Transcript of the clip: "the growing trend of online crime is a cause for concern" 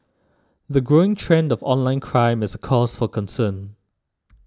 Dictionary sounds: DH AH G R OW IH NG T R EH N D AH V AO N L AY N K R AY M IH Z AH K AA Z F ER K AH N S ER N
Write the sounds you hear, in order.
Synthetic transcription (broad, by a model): DH AH G R OW IH NG T R EH N D AH V AO N L AY N K R AY M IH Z AH K AA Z F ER K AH N S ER N